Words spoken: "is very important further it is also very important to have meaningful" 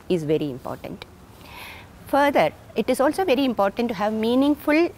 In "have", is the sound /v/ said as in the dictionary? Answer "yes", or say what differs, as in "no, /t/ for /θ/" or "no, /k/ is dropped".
yes